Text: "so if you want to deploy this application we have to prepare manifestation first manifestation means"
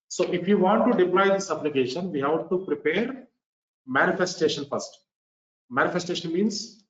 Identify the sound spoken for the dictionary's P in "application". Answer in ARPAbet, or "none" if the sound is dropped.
B